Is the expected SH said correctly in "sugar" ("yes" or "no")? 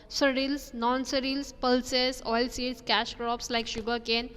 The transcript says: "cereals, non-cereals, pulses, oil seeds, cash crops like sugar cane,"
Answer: yes